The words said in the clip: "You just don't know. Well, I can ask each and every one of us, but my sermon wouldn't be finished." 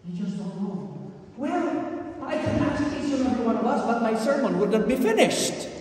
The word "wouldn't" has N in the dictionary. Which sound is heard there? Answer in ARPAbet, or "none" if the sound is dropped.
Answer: none